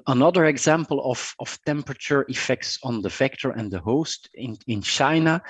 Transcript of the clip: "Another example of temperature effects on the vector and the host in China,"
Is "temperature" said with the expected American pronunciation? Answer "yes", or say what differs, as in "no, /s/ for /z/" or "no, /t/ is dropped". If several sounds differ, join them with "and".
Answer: yes